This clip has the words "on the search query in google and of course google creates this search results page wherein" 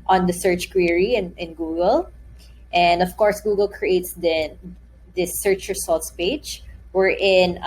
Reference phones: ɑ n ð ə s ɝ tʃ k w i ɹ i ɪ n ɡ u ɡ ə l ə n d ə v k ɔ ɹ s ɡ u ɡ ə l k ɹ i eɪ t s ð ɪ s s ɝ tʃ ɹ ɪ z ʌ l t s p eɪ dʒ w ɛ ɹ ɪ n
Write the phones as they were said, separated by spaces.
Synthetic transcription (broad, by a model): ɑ n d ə s ɝ tʃ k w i ɹ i ɪ n ɡ u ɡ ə l ə n d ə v k ɔ ɹ s ɡ u ɡ ə l k ɹ i eɪ t s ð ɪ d s ɝ tʃ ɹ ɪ s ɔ l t s p eɪ dʒ w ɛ ɹ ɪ n